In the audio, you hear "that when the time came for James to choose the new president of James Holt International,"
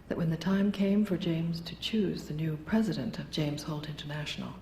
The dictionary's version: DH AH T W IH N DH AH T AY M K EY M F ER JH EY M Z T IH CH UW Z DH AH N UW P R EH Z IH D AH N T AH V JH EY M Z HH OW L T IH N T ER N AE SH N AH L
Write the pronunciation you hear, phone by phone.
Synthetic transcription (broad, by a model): DH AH T W IH N DH AH T AY M K EY M F ER JH EY M Z T IH CH UW Z DH AH N UW P R EH Z IH D AH N T AH V JH EY M Z HH OW L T IH N T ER N AE SH N L